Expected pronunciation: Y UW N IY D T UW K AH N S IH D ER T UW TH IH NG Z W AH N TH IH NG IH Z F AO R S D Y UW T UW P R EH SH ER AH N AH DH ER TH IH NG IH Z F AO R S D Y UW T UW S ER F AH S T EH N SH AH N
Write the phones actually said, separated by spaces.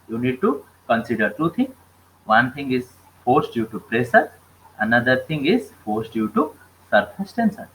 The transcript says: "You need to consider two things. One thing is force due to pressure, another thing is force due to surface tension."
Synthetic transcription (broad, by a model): Y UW N IY D T UW K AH N S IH D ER T UW T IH NG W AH N T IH NG IH Z F AO R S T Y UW T UW P R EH S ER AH N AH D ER T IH NG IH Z F AO R S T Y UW T UW S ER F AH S T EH N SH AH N